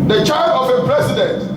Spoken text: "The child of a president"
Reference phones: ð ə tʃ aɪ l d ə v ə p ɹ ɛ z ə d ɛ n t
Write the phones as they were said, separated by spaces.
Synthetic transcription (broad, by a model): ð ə tʃ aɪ d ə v ə p ɹ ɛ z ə d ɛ n t